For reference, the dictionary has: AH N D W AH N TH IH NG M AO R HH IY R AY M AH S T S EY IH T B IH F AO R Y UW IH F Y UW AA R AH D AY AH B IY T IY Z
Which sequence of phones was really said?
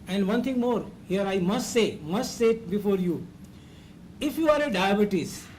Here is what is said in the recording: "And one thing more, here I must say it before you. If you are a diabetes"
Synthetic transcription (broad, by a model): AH N D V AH N T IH NG M AO R HH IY R AY M AH S T S EY IH T B IH F AO R Y UW IH F Y UW AA R AH D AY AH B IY T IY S